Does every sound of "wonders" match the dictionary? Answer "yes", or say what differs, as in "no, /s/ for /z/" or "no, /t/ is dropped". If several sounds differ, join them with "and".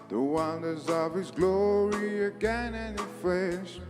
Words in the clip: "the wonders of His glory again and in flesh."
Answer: yes